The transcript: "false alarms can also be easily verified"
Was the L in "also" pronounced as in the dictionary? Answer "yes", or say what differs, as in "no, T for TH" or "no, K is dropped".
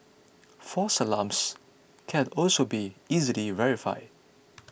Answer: yes